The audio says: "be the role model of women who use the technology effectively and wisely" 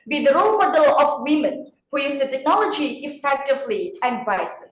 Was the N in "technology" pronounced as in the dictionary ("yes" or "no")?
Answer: yes